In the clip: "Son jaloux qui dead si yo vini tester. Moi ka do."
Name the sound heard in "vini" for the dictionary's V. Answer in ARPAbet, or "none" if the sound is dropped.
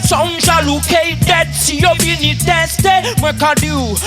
B